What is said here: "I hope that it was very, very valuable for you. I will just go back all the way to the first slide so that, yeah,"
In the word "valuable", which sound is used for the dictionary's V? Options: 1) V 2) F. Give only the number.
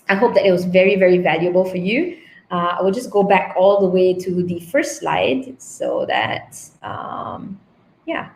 1